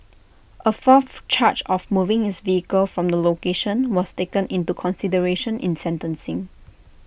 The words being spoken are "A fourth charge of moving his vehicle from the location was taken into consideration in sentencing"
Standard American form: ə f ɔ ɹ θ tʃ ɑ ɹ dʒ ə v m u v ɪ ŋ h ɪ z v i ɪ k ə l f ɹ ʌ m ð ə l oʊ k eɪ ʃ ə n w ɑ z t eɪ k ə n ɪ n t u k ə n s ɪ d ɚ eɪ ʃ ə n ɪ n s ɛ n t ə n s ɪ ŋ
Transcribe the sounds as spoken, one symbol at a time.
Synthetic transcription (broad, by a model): ə f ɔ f tʃ ɑ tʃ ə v m u v ɪ ŋ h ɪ s v i ɪ k ə l f ɹ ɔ m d ə l oʊ k eɪ ʃ ə n w ɑ s t eɪ k ə n ɪ n t u k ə n s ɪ d ɚ eɪ ʃ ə n ɪ n s ɛ n t ə n s ɪ ŋ